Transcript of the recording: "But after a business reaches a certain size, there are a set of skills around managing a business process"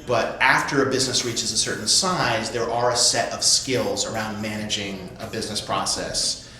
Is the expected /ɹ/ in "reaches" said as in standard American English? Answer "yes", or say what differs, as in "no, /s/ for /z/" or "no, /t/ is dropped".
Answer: yes